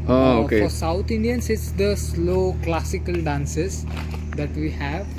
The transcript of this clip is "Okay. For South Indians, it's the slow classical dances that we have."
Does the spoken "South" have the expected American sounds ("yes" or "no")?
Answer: no